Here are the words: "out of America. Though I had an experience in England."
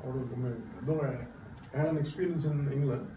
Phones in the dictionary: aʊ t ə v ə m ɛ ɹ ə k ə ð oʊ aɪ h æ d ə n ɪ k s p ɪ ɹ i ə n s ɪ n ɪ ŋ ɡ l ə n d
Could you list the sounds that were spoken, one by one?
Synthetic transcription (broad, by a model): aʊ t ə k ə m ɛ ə ə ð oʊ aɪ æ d ə n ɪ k s p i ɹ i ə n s ɪ n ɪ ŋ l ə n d